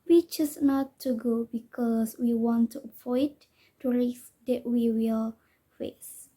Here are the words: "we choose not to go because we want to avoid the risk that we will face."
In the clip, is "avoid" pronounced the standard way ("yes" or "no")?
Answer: no